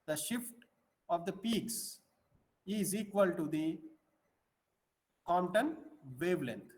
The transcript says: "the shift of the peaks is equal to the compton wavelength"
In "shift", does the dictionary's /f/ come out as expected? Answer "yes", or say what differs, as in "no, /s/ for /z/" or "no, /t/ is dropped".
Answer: yes